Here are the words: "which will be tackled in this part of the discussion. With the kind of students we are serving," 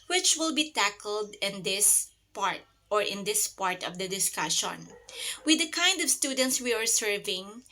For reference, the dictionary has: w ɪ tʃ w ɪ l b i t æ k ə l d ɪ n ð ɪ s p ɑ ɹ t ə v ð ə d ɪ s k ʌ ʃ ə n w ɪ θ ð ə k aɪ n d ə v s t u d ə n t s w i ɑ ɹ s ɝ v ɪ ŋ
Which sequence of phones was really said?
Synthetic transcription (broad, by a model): w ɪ tʃ w ɪ l b i t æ k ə n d ɪ n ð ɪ s p ɑ ɹ t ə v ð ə d ɪ s k ʌ ʃ ə n w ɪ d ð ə k aɪ n d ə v s t u d ə n t s w i ɑ ɹ s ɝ v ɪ ŋ